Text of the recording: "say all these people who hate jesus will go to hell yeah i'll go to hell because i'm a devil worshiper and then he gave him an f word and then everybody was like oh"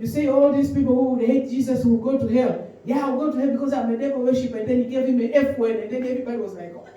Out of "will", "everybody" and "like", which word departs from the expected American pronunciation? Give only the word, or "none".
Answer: will